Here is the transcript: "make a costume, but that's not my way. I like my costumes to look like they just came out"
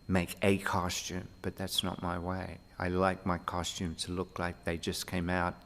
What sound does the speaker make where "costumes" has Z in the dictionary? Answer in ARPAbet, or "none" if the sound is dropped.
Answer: none